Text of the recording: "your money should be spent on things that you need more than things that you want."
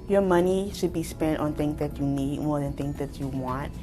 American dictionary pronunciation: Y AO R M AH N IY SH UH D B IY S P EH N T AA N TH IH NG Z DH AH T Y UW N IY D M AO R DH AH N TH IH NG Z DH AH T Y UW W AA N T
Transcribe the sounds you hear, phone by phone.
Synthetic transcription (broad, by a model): Y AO M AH N IY SH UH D B IY S P EH N T AA N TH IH NG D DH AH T Y UW N IY D M AO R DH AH N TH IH NG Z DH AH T Y UW W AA N T